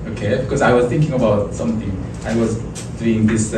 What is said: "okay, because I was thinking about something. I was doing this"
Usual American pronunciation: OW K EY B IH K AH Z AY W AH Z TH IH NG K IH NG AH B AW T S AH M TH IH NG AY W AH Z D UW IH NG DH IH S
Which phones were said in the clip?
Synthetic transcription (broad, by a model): OW K EY B IH K AH Z AY W AH Z TH IH NG K IH NG AH B AW T S AH M TH IH NG AY W AH Z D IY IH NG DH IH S